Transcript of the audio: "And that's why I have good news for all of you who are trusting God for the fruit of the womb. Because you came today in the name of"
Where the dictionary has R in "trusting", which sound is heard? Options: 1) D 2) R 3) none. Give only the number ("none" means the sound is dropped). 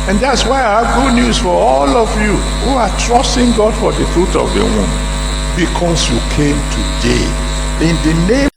2